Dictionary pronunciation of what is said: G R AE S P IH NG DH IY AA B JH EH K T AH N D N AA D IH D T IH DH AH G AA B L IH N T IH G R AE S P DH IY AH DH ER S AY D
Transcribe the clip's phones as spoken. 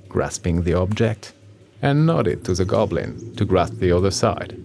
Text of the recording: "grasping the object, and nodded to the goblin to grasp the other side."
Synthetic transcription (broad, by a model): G R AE S P IH NG DH IY AA B JH EH K T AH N N AA D IH D T IH DH AH G AA B L IH N T IH G R AE S P DH IY AH DH ER S AY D